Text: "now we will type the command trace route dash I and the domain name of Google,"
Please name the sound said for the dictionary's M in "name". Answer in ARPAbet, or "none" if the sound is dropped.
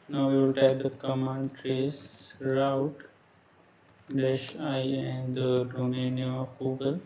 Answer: none